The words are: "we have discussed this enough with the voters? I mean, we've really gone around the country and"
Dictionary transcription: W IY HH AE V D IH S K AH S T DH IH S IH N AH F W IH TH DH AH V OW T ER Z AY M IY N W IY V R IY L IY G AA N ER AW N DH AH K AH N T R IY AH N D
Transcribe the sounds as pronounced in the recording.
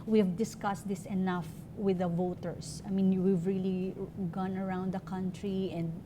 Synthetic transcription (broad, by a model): W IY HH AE V D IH S K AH S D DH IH S IH N AH F W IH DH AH V OW T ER S AY M IY N W IY V R IY L IY G AA N ER AW N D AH K AH N T R IY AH N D